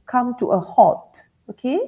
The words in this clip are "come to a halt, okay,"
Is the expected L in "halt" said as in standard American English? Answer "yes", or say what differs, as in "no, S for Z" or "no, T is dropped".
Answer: no, L is dropped